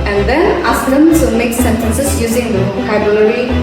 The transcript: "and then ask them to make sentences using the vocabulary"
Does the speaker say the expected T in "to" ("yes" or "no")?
no